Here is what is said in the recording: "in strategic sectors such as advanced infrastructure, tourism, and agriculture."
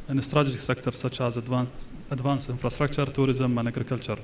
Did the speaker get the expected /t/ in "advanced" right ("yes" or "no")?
no